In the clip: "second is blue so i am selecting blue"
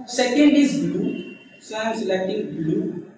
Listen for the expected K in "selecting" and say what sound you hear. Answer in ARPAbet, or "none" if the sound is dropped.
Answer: none